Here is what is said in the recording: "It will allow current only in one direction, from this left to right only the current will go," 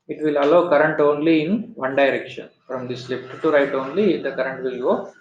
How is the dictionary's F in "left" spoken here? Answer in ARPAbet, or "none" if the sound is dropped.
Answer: P